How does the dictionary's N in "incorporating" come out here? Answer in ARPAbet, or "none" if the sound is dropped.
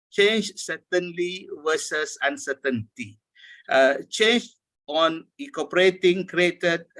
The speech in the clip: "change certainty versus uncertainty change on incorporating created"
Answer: none